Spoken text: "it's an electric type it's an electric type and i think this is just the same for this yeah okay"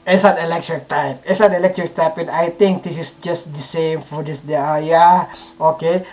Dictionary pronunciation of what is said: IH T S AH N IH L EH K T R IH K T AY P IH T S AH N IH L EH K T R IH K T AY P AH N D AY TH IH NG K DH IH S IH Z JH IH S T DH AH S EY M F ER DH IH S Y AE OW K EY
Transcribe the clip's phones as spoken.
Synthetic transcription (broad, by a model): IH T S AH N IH L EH K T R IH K T AY P IH T S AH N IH L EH K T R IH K T AY P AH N AY T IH NG K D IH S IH S JH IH S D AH S EY M F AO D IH S Y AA OW K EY